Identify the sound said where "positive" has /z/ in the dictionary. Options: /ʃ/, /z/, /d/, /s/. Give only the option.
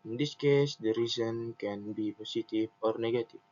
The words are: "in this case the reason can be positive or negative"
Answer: /s/